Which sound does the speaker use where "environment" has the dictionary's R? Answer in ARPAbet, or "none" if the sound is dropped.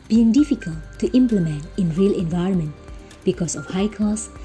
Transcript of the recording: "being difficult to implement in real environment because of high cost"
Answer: R